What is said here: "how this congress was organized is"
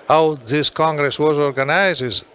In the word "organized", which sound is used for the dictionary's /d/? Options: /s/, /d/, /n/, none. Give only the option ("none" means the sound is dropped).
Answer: none